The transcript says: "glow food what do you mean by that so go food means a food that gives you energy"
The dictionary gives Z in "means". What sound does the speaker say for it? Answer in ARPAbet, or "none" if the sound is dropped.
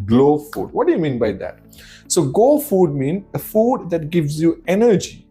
none